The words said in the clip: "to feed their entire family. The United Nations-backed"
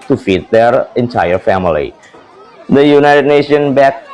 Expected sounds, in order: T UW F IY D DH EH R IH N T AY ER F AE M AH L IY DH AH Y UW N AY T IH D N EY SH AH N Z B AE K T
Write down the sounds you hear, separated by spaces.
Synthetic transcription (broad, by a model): T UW F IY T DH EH R IH N T AY ER F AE M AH L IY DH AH Y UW N AY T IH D N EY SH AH N B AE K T